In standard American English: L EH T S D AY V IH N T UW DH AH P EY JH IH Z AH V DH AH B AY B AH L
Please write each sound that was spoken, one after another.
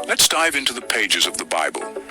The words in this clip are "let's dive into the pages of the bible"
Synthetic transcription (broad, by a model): L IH T S D AY V IH N T UW DH AH P EY JH IH Z AH V DH AH B AY B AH L